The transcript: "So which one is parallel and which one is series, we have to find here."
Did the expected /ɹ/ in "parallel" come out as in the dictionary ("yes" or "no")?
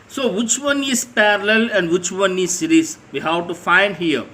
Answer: yes